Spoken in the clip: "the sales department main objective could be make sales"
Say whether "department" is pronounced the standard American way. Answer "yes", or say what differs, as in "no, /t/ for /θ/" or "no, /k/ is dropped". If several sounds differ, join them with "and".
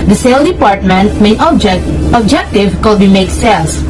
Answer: yes